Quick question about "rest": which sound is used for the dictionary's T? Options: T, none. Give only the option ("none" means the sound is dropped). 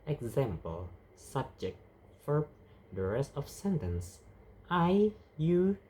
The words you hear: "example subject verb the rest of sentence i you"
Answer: none